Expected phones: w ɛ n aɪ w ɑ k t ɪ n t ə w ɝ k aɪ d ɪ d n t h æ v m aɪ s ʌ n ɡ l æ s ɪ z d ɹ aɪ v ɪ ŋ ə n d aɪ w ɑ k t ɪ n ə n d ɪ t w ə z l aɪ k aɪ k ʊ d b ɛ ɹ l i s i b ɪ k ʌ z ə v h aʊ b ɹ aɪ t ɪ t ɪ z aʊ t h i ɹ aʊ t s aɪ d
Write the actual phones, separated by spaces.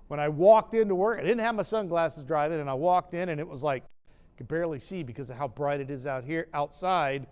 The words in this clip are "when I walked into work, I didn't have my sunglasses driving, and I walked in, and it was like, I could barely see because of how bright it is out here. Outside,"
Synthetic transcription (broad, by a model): w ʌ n aɪ w ɑ k t ɪ n t ə w ɝ k aɪ d ɪ d n t h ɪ v m aɪ s ʌ n ɡ l æ s ɪ z d ɹ aɪ v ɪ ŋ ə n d aɪ w ɑ k t ɪ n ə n ɪ t w ə z l aɪ k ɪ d b ɛ ɹ l i s i b ɪ k ʌ z ə v h aʊ b ɹ aɪ t ɪ t ɪ z aʊ t h i ɹ aʊ t s aɪ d